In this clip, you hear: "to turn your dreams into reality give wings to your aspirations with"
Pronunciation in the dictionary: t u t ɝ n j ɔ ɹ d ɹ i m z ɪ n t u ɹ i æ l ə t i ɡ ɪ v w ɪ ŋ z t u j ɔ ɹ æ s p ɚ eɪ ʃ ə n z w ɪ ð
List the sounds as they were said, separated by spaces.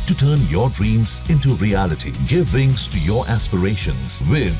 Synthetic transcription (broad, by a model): t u t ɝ n j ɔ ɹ d ɹ i m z ɪ n t u ɹ i æ l ə t i ɡ ɪ v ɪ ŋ s t u j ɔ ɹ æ s p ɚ eɪ ʃ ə n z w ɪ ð